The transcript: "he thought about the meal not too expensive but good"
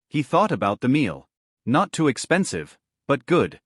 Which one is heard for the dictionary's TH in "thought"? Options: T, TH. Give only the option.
TH